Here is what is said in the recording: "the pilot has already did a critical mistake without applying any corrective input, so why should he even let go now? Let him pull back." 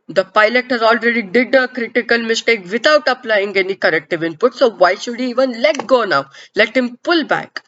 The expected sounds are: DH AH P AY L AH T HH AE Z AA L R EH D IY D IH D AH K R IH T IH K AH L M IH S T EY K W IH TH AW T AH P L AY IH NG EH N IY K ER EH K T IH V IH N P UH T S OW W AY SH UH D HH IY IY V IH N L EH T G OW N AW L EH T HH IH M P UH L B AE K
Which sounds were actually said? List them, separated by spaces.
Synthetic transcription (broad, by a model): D AH P AY L AH T HH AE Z AA L R EH D IY D IH D AH K R IH T IH K AH L M IH S T EY K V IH T AW T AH P L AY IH NG EH N IY K ER EH K T IH V IH N P UH T S OW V AY SH UH D HH IY IY V IH N L EH T G OW N AW L EH T HH IH M P UH L B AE K